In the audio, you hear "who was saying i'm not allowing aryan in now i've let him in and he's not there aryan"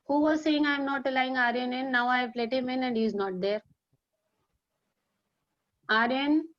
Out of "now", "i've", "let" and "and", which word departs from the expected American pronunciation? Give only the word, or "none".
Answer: i've